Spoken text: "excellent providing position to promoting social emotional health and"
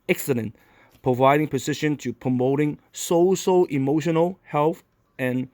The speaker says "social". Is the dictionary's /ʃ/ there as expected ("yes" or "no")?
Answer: no